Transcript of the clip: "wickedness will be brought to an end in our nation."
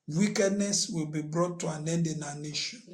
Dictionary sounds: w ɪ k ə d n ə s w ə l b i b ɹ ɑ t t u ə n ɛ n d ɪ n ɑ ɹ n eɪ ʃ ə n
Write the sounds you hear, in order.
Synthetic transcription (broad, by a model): w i k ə d n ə s w ə l b i b ɹ ɑ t t u ə n ɛ n d ɪ n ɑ n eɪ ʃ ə n